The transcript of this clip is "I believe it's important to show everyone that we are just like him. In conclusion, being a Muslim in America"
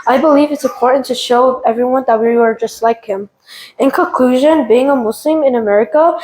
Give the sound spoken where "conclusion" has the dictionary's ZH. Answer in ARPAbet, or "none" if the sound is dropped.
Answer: ZH